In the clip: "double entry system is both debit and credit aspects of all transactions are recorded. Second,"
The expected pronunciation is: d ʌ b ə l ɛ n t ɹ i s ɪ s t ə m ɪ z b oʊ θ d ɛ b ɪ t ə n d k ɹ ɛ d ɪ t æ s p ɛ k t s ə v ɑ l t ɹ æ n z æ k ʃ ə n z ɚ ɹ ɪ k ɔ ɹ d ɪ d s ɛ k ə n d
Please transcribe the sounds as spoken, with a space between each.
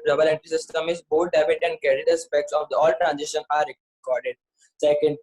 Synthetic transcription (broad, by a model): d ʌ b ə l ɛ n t i s ɪ s t ə m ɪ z b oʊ t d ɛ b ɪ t ə n d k ɛ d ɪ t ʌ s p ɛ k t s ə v ɑ l t ɹ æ n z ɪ ʃ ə n ɑ ɹ ɪ k ɔ ɹ d ɪ d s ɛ k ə n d